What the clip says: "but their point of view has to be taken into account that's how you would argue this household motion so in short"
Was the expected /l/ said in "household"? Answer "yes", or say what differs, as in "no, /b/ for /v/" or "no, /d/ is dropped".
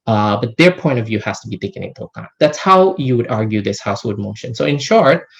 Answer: no, /l/ is dropped